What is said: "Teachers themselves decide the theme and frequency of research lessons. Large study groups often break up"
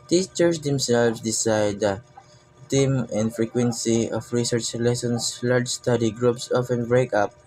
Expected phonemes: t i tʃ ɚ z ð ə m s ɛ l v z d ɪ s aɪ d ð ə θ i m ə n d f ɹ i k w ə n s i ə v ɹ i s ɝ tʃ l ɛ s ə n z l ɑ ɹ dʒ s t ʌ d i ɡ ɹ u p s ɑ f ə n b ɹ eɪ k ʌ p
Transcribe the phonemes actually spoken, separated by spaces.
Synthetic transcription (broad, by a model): t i tʃ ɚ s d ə m s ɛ l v s d ɪ s aɪ d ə t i m ə n d f ɹ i k w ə n s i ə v ɹ i s ɝ tʃ l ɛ s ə n s l ɑ ɹ dʒ s t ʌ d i ɡ ɹ u p s ɑ f ə n b ɹ eɪ k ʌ p